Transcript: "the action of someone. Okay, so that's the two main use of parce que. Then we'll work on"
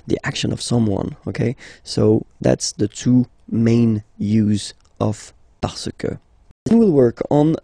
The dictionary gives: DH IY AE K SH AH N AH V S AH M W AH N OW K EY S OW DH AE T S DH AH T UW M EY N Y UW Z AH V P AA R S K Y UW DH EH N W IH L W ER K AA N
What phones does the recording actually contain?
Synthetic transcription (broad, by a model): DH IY AE K SH AH N AH V S AH M W AH N OW K EY S OW DH AE T S DH AH T UW M EY N Y UW Z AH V P AA R S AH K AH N W IH L W ER K N